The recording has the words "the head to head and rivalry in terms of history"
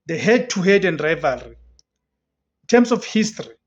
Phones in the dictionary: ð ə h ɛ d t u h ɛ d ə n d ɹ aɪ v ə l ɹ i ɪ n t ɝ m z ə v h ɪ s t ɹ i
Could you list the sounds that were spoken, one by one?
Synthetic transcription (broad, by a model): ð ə h ɛ d t u h ɛ d ə n d ɹ aɪ v ə l ɹ i ɪ n t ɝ m s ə f h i s t ɹ i